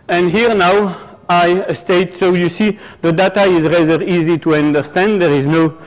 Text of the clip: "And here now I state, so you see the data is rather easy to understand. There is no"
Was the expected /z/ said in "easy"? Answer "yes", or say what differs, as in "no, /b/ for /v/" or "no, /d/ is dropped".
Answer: yes